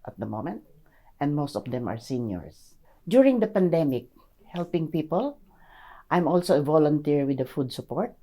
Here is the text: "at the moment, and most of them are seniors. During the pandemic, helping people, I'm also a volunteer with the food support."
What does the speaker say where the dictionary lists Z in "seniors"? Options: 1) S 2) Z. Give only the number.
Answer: 1